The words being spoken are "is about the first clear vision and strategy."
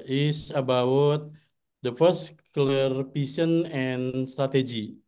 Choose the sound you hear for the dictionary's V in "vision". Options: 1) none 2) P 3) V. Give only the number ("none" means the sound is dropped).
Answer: 2